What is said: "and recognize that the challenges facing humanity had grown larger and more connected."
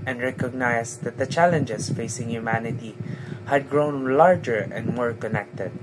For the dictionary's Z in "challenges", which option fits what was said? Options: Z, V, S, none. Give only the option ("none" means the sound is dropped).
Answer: S